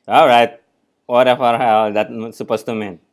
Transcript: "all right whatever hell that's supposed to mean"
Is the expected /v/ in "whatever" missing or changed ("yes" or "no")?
yes